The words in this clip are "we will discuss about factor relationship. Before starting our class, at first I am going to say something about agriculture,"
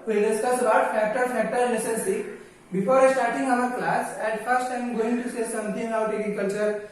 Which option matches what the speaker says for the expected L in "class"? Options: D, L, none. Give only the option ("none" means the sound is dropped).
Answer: L